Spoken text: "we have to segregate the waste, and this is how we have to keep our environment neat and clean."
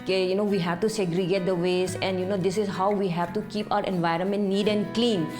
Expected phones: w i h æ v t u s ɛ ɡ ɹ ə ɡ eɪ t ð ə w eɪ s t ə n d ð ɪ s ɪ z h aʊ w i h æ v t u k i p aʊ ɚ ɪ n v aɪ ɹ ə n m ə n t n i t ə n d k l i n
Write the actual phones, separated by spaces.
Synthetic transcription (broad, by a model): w i h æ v t u s ɛ ɡ ɹ ə ɡ eɪ t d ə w eɪ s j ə n d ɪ s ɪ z h aʊ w i h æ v t u k i p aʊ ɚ ɪ n v aɪ ɹ ə n m ə n t n i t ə n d k l i n